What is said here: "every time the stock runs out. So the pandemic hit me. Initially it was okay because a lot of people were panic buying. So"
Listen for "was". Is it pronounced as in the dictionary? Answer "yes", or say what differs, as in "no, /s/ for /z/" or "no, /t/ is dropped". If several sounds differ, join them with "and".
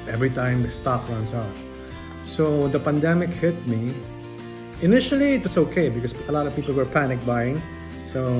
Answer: no, /s/ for /z/